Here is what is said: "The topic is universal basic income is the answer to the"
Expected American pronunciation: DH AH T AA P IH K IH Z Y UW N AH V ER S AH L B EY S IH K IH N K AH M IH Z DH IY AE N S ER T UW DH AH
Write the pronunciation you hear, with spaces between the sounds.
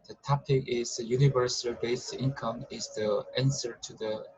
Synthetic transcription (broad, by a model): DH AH T AA P IH K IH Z Y UW N AH V ER S AH L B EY IH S IH N K AH M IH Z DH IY AE N S ER T UW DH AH